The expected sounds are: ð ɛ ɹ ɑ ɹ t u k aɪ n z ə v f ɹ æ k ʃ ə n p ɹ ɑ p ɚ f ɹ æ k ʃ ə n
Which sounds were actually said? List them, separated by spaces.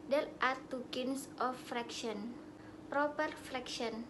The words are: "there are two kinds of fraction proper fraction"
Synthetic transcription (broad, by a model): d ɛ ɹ ɑ ɹ t u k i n s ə f ɹ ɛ k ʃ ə n p ɹ ɑ p ɚ f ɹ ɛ k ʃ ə n